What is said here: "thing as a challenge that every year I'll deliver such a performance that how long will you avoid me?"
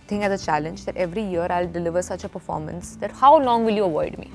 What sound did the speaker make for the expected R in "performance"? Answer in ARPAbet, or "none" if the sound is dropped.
R